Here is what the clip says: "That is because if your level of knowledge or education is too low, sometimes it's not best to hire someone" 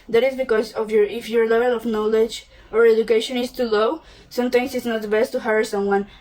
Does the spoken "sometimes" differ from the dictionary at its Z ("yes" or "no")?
yes